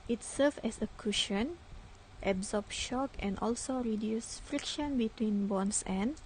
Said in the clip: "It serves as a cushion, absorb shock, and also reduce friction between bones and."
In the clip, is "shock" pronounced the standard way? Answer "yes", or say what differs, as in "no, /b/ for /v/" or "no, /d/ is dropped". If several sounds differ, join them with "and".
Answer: yes